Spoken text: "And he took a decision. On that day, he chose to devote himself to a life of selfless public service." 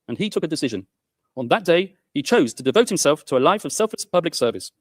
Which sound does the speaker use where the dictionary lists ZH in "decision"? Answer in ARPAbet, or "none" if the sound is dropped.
ZH